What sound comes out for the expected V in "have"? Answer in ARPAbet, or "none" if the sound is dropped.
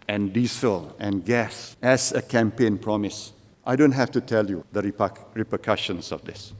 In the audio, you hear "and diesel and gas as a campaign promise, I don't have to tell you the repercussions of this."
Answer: F